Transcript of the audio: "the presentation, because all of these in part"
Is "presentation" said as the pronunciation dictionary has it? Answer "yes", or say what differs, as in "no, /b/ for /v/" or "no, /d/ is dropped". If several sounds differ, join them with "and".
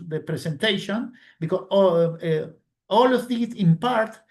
no, /s/ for /z/